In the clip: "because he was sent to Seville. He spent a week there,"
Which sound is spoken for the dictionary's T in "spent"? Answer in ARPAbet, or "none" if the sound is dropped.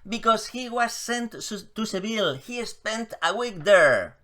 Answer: T